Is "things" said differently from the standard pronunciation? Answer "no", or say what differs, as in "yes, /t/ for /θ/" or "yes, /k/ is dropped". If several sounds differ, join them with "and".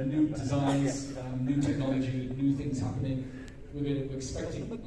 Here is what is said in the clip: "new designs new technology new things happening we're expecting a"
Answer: no